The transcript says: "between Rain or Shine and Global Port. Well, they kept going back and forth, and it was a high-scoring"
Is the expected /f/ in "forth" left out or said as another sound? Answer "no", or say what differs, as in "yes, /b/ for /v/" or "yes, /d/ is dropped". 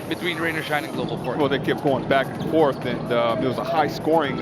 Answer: no